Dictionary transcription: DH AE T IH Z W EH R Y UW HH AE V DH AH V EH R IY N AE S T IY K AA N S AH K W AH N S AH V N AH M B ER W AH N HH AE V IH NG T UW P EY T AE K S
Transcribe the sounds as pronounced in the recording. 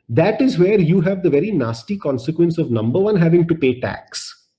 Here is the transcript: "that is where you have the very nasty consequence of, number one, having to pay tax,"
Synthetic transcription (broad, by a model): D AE T IH Z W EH R Y UW HH AE V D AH V EH R IY N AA S T IY K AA N S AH K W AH N S AH V N AH M B ER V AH N HH AE V IH NG T UW P EY T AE K S